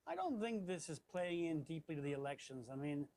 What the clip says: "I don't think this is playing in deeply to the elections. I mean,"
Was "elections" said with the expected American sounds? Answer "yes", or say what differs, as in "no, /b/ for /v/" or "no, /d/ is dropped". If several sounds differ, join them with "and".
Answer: yes